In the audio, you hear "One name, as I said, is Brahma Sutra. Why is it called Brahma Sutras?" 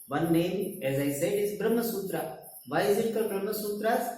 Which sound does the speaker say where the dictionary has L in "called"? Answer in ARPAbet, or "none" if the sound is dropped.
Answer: none